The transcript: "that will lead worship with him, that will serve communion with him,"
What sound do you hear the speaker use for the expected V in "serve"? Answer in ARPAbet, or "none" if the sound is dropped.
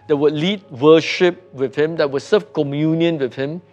F